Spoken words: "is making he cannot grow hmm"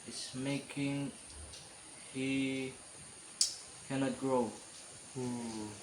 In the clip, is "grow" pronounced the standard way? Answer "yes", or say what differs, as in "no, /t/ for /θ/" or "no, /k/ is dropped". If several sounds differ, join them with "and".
yes